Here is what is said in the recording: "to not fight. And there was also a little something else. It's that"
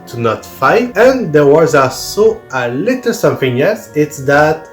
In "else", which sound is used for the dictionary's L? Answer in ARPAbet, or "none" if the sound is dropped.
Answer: none